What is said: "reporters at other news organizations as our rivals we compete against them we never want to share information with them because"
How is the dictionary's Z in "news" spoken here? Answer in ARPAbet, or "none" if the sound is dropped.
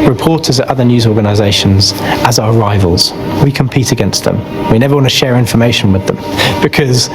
Z